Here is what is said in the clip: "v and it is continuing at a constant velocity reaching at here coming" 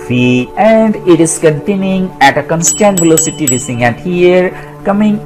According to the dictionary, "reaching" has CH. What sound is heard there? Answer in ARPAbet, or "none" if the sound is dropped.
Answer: S